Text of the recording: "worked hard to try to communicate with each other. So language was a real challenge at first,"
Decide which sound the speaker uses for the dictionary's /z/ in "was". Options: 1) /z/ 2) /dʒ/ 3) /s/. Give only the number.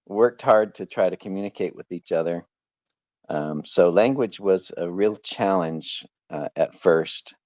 1